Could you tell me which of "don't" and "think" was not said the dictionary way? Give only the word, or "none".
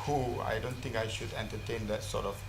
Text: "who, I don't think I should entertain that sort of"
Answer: think